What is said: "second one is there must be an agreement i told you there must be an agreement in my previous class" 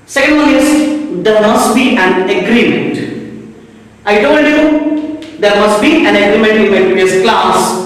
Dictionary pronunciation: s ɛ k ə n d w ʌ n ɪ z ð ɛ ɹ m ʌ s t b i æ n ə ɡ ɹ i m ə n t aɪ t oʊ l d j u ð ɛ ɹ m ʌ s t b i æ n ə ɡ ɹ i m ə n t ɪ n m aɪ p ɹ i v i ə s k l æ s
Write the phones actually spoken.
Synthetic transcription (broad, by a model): s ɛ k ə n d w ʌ l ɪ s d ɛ ɹ m ʌ s t b i æ n ə ɡ ɹ i m ə n t aɪ t oʊ l d j u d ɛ ɹ m ʌ s t b i æ n ə ɡ ɹ i m ə n t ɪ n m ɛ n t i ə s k l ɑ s